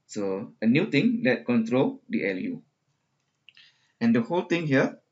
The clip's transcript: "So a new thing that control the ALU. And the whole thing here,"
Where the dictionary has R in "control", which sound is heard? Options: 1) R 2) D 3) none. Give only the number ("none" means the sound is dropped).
1